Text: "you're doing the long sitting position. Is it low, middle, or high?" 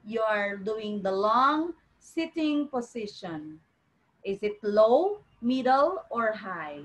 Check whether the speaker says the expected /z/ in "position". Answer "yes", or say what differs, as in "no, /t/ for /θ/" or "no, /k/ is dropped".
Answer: no, /s/ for /z/